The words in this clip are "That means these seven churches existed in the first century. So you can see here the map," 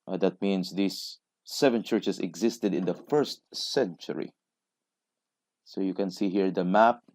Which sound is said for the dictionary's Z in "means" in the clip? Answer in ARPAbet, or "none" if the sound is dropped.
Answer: S